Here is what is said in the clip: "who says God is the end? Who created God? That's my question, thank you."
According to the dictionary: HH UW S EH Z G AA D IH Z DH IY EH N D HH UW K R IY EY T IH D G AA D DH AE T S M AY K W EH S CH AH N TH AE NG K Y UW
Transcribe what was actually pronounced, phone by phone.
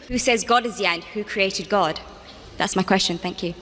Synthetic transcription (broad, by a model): HH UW S EH Z G AA D IH Z DH IY EH N D HH UW K R IY EY T IH D G AA D DH AE T S M AY K W EH S CH AH N TH AE NG K Y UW